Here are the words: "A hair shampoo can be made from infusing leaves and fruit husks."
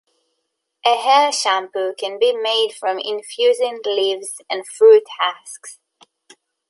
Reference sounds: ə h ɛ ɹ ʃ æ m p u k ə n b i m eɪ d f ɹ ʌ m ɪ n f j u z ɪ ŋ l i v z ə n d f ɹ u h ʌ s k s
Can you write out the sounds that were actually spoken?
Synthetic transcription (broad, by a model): ə h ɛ l ʃ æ m p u k ə n b i m eɪ d f ɹ ʌ m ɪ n f j u z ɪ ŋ l i v z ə n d f ɹ u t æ s k s